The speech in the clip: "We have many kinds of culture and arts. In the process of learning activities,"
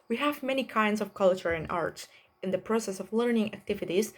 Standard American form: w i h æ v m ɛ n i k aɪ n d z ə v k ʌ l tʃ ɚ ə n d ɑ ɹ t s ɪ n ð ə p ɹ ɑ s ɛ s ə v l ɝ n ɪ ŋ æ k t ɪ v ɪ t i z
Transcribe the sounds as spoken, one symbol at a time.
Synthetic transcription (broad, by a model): w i h æ v m ɛ n i k aɪ n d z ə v k ʌ l tʃ ɚ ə n ɑ ɹ t s ɪ n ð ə p ɹ ɑ s ɛ s ə v l ɝ n ɪ ŋ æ k t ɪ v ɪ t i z